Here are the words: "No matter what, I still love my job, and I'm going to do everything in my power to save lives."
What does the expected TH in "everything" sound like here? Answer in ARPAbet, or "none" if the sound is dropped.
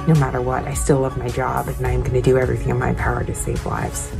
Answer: TH